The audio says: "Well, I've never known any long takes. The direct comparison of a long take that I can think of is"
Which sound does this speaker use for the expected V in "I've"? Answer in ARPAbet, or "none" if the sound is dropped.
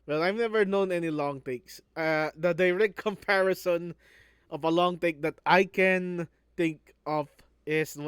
V